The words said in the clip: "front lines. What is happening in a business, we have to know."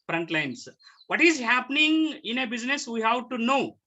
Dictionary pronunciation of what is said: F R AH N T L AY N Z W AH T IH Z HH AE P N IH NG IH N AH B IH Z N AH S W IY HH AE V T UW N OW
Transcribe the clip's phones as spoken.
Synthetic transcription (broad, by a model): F R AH N T L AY N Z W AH T IH Z HH AE P N IH NG IH N AH B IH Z N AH S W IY HH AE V T UW N OW